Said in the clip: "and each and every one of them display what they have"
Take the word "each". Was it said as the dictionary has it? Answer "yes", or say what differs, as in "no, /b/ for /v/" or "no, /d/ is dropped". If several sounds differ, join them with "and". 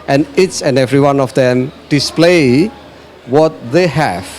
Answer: no, /s/ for /tʃ/